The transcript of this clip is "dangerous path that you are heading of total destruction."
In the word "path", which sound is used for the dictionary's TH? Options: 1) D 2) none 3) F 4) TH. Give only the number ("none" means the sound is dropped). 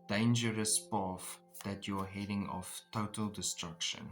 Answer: 3